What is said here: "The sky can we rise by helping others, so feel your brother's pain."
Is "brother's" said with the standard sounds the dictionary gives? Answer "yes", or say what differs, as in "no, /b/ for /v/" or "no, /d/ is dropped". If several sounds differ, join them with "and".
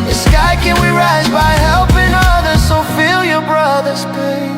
yes